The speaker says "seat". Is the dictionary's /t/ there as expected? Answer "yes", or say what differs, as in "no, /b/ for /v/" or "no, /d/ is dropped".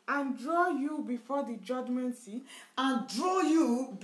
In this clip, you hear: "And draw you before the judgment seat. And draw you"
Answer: no, /t/ is dropped